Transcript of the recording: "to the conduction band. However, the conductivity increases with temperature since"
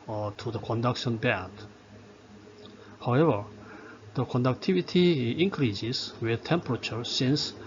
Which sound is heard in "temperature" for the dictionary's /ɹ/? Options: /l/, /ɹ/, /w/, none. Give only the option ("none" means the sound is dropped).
/ɹ/